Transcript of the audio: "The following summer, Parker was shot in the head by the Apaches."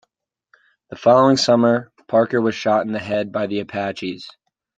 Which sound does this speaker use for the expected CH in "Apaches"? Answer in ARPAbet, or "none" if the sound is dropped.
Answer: CH